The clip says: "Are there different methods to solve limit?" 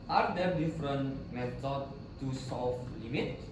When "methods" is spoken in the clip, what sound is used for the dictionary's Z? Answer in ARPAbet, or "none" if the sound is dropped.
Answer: none